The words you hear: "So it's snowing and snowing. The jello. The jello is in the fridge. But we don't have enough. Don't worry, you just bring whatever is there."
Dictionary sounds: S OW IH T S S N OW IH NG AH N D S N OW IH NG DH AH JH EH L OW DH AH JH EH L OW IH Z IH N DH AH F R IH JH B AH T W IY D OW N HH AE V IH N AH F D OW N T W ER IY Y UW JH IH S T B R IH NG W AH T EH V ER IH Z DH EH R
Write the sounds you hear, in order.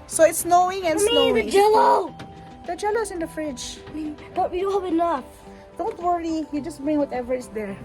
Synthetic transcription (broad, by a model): S OW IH T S S N OW IH NG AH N S N OW IH NG JH EH L OW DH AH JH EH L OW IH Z IH N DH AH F R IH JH B AH T W IY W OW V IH L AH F D OW N T W ER IY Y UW JH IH S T B R IH NG W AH T EH V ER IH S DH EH R